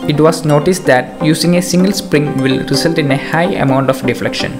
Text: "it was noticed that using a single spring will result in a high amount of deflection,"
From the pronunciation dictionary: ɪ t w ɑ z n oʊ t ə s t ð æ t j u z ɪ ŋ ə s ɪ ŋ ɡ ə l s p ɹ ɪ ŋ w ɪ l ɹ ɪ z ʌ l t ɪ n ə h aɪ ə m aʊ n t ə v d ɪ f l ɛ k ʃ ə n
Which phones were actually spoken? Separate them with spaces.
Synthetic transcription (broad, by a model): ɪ t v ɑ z n oʊ t ə s t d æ t j u s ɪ ŋ ə s ɪ ŋ ɡ ə l s p ɹ ɪ ŋ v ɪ l ɹ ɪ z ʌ l t ɪ n ə h aɪ ə m aʊ n t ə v d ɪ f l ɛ k ʃ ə n